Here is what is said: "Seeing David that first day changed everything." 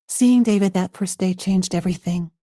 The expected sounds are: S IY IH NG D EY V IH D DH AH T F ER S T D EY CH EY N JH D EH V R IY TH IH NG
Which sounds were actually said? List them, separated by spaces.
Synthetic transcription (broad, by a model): S IY IH NG D EY V IH D DH AH T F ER S D EY CH EY N JH D EH V R IY TH IH NG